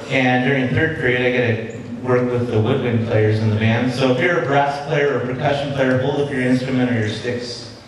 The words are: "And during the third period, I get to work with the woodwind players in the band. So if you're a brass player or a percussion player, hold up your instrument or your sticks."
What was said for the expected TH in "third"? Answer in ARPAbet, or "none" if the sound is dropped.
TH